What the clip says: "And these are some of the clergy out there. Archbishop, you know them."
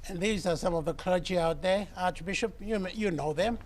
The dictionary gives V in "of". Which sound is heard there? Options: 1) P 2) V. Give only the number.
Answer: 2